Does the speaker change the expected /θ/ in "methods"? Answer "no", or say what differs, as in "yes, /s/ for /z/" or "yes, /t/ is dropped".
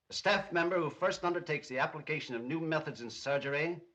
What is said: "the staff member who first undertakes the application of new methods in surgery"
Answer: no